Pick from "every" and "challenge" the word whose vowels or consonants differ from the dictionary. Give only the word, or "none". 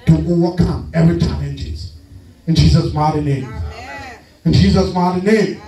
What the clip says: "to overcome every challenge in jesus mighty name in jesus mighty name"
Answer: challenge